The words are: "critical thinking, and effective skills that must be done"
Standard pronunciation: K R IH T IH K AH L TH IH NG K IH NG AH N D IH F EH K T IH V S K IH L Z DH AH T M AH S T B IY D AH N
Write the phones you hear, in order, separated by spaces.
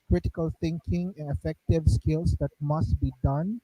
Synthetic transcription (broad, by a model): K R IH T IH K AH L T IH NG K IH NG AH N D IH F EH K T IH V S K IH L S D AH T M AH S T B IY D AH N